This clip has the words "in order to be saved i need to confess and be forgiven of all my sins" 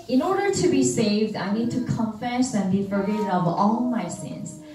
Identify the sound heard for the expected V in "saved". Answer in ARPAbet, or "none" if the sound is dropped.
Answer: V